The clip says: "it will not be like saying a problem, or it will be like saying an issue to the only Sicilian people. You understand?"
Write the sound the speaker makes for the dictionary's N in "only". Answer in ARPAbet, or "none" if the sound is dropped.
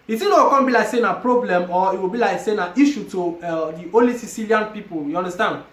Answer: none